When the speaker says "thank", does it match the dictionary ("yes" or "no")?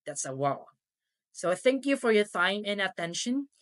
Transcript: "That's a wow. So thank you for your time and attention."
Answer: yes